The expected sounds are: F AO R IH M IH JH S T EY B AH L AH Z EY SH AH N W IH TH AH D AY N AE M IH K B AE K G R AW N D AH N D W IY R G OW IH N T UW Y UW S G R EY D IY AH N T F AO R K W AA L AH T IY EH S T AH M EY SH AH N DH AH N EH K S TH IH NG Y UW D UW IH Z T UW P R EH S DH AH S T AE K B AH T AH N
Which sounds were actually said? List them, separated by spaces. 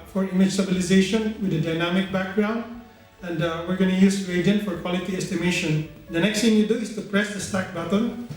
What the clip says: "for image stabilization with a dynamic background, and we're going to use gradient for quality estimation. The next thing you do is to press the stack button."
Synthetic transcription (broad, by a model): F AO R IH M IH JH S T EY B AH L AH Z EY SH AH N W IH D AH D AY N AE M IH K B AE K G R AW N D AH N D W IY R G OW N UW Y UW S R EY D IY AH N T F AO R K W AA L AH T IY EH S T AH M EY SH AH N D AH N EH K S T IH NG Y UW D UW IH S T UW P R EH S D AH S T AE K B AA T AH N